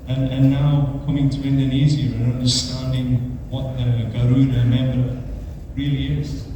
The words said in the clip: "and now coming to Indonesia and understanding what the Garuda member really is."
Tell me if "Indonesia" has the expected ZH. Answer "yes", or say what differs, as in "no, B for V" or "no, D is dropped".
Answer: no, Z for ZH